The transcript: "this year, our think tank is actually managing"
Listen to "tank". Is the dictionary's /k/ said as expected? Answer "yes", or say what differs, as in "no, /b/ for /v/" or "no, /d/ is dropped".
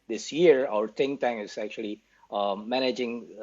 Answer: no, /k/ is dropped